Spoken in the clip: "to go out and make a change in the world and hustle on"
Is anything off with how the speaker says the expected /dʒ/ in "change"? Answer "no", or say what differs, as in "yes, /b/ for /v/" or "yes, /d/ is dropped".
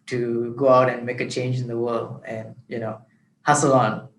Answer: no